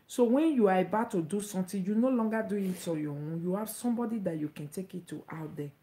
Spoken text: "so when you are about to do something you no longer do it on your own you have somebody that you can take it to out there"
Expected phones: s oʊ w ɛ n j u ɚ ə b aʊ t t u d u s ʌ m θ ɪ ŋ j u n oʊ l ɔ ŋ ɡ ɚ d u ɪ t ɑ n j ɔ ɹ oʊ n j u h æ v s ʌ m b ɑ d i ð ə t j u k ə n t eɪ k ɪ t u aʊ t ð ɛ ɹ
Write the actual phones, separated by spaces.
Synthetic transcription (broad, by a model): s oʊ w ɛ n j u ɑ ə b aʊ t t u d u s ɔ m t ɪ j u n oʊ l ɔ ŋ ɡ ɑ d u ɪ t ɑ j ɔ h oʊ j u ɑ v s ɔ m b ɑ d i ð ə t j u k ə n t eɪ k ɪ t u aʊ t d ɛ